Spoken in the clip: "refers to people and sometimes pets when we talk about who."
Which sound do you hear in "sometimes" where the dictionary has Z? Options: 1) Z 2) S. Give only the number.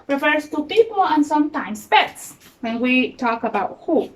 2